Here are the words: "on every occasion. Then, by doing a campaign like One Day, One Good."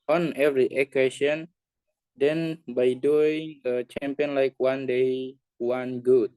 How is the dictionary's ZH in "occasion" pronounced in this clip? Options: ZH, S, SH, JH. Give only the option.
SH